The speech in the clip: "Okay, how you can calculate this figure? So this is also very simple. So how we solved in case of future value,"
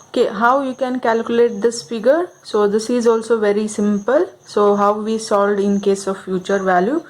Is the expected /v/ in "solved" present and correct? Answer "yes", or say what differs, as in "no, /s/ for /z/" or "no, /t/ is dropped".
no, /v/ is dropped